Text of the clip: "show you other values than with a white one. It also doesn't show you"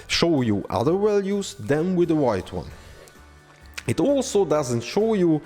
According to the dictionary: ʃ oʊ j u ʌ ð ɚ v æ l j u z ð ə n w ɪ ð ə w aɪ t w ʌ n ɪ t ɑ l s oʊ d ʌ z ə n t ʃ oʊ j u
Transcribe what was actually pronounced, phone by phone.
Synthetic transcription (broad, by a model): ʃ oʊ j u ʌ ð ɚ w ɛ l j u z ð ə n w ɪ ð ə w aɪ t w ʌ n ɪ t ɑ l s oʊ d ʌ z ə n t ʃ oʊ j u